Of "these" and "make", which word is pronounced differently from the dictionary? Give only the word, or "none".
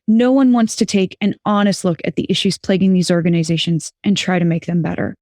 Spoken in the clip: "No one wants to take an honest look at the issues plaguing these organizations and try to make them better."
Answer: none